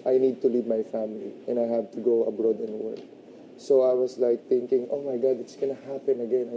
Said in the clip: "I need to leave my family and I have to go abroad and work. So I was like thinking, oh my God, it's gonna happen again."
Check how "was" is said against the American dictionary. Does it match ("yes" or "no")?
no